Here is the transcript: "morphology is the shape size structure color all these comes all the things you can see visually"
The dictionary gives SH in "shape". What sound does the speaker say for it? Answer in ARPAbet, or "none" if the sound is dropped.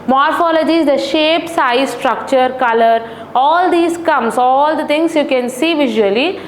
SH